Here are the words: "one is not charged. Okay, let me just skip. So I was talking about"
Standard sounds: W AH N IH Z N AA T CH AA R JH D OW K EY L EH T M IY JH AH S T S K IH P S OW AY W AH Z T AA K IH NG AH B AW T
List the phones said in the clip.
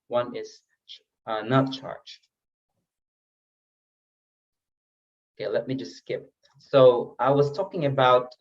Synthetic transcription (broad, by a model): W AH N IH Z N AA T CH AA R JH OW K EY L EH T M IY JH AH S T S K IH P S OW AY W AH Z T AA K IH NG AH B AW T